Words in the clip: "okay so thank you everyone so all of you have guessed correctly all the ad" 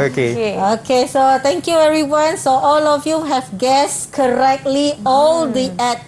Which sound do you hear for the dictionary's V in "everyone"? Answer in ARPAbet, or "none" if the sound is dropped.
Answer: none